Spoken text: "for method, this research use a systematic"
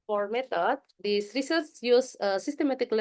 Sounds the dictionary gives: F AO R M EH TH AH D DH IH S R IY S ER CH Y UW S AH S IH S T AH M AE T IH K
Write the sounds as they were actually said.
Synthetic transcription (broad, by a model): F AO R M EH T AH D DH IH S R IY S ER S Y UW S AH S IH S T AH M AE T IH K